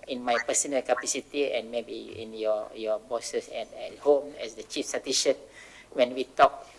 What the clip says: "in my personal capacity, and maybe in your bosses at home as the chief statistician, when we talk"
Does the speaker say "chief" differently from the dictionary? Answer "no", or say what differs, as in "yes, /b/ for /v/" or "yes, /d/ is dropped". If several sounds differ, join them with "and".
no